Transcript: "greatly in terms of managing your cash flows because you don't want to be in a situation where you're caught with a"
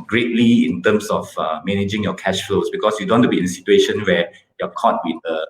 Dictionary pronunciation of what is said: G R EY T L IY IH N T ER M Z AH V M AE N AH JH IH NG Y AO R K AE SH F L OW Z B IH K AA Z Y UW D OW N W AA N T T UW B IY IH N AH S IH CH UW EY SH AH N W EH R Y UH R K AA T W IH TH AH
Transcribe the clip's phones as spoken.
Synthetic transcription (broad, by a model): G R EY T L IY IH N T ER M S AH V M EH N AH JH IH NG Y AO K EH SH F L OW S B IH K AA S Y UW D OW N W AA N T T UW B IY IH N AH S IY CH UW EY SH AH N W EH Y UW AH K AA T W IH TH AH